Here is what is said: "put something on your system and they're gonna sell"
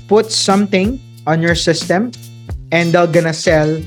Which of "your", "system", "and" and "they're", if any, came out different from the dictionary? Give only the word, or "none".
they're